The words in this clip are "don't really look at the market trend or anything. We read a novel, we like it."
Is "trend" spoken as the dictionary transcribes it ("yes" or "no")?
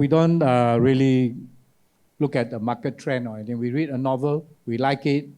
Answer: no